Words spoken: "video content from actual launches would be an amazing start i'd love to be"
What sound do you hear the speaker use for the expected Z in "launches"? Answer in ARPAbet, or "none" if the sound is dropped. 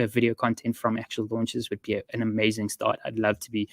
Z